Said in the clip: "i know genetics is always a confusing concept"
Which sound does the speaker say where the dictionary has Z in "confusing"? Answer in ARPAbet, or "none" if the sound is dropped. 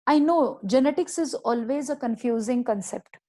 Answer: Z